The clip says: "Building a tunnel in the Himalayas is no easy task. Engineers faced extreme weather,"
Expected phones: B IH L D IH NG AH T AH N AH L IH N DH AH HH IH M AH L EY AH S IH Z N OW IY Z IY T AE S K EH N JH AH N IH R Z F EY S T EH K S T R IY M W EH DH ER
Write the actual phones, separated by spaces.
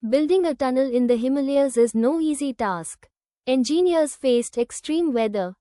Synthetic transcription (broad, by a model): B IH L D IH NG AH T AH N AH L IH N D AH HH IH M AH L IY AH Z IH Z N OW IY Z IY T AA S K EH N JH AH N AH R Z F EY S T EH K S T R IY M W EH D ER